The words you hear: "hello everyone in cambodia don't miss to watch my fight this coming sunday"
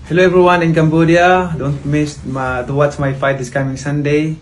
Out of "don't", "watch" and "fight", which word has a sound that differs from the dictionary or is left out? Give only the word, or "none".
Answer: watch